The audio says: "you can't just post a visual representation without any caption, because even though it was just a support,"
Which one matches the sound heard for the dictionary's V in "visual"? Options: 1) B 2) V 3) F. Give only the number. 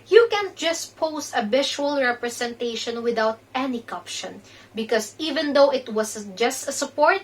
1